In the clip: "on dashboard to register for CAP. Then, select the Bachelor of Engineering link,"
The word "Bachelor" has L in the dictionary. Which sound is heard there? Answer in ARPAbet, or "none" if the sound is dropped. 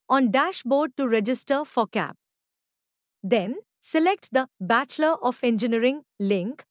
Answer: L